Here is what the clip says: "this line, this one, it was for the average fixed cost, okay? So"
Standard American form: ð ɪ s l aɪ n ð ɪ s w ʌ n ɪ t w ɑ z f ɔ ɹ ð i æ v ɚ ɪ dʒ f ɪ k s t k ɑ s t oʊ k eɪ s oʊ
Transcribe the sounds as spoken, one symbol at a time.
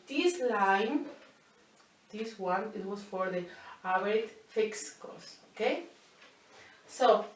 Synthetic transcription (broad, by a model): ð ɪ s l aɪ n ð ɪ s w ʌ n ɪ t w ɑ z f ɔ ɹ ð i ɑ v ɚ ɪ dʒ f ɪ k s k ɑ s oʊ k eɪ s oʊ